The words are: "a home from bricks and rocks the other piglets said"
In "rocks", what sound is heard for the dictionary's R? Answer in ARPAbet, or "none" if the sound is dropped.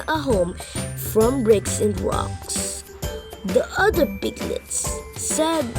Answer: W